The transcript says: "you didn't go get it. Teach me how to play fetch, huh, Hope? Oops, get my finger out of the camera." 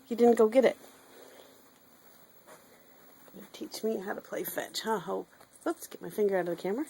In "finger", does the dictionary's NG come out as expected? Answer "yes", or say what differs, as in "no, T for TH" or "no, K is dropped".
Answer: yes